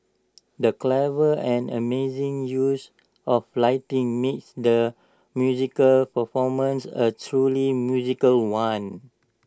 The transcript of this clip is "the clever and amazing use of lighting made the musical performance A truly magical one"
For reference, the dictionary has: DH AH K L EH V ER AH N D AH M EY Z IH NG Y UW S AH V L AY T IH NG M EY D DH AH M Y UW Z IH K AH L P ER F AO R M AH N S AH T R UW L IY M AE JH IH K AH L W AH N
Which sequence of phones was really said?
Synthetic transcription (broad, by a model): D AH K L EH V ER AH N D AH M EY Z IH NG Y UW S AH F L AY T IH NG M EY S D AH M Y UW Z IH K AH L P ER F AO M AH N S AH T R UW L IY M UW Z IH K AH L W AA N